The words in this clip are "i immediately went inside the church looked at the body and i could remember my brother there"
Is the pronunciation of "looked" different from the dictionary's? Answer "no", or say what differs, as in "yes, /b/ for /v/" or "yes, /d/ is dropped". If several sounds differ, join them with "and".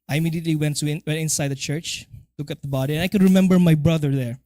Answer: yes, /t/ is dropped